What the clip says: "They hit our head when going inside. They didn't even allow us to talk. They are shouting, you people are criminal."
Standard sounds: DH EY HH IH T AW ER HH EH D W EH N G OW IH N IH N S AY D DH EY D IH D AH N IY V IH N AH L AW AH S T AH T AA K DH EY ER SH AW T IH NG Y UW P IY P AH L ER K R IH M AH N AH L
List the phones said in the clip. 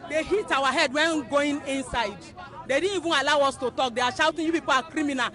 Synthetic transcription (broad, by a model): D EY HH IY T AW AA HH EH D W EH N G OW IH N IH N S AY D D EY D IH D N IY V IH N AH L AW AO S T AH T AA K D EY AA SH AW T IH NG Y UW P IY P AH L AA K R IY M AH N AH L